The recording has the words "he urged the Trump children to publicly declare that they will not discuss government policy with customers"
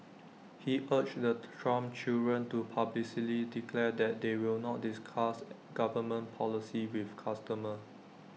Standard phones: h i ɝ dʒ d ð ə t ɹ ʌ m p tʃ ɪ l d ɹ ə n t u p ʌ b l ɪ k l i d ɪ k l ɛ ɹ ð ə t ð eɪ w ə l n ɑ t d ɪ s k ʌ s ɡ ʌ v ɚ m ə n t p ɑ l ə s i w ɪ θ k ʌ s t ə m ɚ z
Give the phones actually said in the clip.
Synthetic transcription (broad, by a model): h i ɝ tʃ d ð ə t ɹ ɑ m tʃ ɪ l d ɹ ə n t u p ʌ b l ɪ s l i d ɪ k l ɛ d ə t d eɪ w ə l n ɑ t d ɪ s k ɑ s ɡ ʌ v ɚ m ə n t p ɑ l ə s i w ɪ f k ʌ s t ə m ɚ